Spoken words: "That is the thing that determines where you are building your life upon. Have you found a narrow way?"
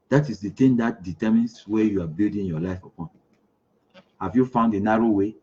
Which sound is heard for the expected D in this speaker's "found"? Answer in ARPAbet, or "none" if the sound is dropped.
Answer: D